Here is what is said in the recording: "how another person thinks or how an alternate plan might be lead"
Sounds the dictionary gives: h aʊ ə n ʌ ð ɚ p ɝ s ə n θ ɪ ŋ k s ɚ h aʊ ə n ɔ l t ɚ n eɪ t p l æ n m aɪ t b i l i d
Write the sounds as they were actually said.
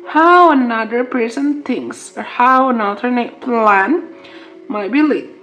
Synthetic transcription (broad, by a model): h aʊ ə n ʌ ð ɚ p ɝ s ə n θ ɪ ŋ s ɚ h aʊ ə n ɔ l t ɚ n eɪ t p l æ n m aɪ t b i l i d